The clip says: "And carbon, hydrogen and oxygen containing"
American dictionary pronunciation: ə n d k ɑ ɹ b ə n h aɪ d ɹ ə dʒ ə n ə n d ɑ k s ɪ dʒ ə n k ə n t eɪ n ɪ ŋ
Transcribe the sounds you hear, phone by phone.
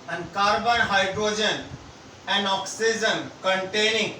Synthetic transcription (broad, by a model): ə n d k ɑ ɹ b ə n h aɪ d ɹ ə dʒ ə n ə n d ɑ k s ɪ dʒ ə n k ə n t eɪ n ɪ ŋ